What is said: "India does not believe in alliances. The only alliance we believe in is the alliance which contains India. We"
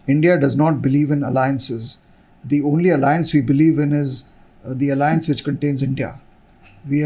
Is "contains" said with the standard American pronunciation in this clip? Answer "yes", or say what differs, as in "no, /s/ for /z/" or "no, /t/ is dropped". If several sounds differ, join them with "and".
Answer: yes